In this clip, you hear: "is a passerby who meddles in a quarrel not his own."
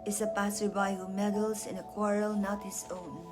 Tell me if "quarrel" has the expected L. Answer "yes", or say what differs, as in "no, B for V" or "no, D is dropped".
yes